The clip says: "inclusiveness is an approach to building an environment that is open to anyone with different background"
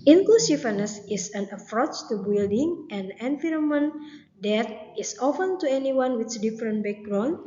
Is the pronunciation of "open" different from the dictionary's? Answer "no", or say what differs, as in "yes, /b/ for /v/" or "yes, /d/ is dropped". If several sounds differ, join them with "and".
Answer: yes, /f/ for /p/